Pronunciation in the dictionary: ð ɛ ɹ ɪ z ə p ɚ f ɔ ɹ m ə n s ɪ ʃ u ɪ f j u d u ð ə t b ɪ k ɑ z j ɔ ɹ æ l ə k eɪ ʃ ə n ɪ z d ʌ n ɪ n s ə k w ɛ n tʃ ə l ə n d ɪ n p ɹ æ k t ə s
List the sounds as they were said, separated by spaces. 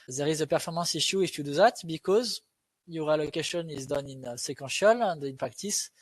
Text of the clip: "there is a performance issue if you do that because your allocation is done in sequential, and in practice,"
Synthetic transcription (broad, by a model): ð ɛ ɹ ɪ z ə p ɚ f ɔ ɹ m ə s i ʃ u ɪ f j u d u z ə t b ɪ k ɑ z j ɔ ɹ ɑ l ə k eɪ ʃ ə n ɪ z d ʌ n ɪ n s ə k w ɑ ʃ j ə l ə n d ɪ n p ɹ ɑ k t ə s